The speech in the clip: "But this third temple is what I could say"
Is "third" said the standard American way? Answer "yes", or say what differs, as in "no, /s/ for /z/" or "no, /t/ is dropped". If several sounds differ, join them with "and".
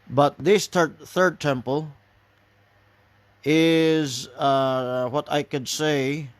yes